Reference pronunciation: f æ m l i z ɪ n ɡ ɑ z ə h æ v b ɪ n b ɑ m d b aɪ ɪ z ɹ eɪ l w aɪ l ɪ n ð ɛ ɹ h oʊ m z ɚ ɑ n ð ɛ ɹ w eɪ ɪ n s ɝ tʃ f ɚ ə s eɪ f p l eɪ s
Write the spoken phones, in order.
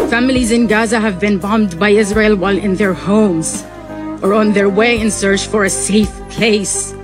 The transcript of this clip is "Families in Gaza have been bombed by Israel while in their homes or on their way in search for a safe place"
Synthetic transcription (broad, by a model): f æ m l i z ɪ n ɡ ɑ z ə h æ v b ɪ n b ɑ m d b aɪ ɪ z ɹ eɪ l w aɪ l ɪ n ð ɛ ɹ h oʊ m z ɚ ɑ n ð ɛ ɹ w eɪ ɪ n s ɝ tʃ f ɚ ə s eɪ f p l eɪ s